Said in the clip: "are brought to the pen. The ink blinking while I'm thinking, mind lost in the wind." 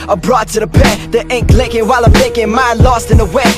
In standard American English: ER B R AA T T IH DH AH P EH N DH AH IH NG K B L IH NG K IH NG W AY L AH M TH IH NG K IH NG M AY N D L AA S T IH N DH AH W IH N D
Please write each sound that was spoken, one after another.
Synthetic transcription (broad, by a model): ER B R AA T T IH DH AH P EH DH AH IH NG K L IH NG K IH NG W AY L AH M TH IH NG K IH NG M AY N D L AA S T IH N DH AH W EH